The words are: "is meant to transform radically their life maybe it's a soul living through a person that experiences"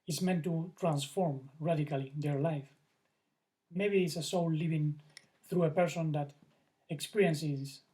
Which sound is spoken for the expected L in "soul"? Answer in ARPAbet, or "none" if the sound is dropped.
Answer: W